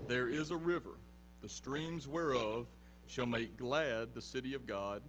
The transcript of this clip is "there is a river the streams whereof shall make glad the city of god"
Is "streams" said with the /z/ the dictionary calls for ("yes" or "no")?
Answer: yes